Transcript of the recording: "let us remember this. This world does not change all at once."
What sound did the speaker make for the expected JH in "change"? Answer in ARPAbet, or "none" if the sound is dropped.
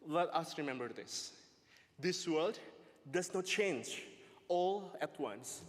JH